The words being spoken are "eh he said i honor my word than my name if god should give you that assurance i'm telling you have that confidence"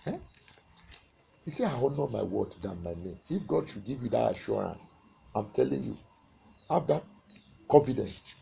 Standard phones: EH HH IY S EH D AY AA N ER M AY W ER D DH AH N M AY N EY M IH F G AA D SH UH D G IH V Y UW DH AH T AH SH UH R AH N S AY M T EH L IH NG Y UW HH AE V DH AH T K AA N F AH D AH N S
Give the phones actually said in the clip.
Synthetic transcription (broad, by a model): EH HH IY S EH AY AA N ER M AY W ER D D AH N M AY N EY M IH F G AA D SH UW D G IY V Y UW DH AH T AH SH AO R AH N S AY M T EH L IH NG Y UW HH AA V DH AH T K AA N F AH D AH N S